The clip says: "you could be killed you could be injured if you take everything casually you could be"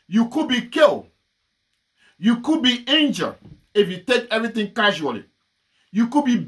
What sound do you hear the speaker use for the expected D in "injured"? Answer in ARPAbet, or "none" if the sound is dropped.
none